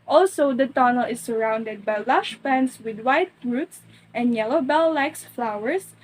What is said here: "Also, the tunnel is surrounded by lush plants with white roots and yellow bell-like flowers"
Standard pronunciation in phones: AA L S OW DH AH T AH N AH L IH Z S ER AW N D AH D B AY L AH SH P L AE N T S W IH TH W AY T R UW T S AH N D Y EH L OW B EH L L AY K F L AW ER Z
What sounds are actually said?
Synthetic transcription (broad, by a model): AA L S OW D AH T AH N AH L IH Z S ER AW N D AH D B AY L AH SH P AE N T S W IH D W AY T R UW T S AH N D Y EH L OW B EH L L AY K F L AW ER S